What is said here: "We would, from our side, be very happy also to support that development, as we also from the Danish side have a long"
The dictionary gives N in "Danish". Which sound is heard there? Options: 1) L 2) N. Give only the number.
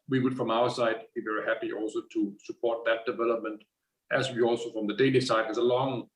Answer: 1